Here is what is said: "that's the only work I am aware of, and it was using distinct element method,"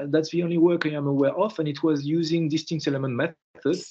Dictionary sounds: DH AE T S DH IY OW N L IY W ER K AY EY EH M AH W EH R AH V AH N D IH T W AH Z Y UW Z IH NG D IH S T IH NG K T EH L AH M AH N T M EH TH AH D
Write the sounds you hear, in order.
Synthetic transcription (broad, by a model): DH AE T S DH IY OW N L IY W ER K AY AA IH M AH W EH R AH F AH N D IH T W AH Z Y UW Z IH NG D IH S T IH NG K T EH L AH M AH N T M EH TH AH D